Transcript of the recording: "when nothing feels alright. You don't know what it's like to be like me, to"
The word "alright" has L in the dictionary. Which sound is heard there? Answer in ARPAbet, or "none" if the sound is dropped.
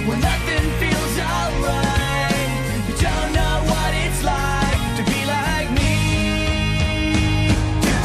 none